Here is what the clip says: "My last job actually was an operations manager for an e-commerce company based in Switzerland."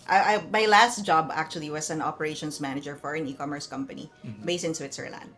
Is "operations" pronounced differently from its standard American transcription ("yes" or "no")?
yes